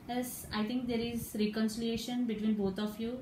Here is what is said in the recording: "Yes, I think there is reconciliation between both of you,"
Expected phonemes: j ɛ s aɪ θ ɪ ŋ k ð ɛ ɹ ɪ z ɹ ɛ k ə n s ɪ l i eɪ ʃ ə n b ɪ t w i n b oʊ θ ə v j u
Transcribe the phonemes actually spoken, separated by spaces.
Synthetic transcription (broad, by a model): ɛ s aɪ t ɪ ŋ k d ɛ ɹ ɪ z ɹ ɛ k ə n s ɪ l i eɪ ʃ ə n b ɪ t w i n b oʊ t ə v j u